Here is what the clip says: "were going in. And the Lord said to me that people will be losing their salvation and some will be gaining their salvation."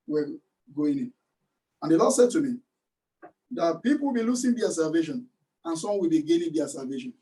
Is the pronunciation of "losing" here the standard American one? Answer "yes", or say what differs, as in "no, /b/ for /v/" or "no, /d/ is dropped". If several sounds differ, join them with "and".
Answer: no, /s/ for /z/